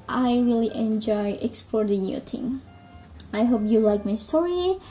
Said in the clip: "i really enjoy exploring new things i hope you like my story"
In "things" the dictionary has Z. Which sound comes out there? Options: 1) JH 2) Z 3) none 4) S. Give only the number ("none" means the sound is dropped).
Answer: 3